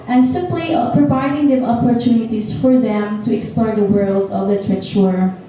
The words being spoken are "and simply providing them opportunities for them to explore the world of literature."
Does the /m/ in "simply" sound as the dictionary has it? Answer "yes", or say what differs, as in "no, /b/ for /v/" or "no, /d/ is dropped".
no, /m/ is dropped